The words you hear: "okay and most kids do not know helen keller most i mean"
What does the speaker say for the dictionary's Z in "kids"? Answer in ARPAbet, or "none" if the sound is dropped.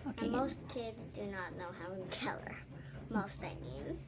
Z